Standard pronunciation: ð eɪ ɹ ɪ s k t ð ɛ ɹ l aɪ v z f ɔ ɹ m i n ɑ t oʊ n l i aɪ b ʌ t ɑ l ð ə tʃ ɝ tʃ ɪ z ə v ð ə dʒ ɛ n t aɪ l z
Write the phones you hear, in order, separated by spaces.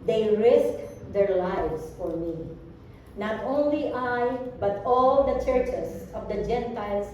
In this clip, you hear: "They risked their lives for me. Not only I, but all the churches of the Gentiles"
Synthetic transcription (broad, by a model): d eɪ ɹ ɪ s k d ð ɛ ɹ l aɪ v s f ɔ ɹ m i n ɑ t oʊ n l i aɪ b ʌ t ɑ l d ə tʃ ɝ tʃ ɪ s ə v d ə dʒ ɛ n t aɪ l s